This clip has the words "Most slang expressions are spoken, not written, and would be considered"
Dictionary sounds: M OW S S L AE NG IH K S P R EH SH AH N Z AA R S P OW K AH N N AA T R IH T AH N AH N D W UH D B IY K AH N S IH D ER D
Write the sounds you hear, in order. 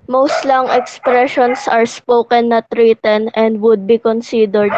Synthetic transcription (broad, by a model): M OW S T L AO NG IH K S P R EH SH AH N S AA R S P OW K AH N N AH T R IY T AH N AH N D W UH D B IY K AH N S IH D ER D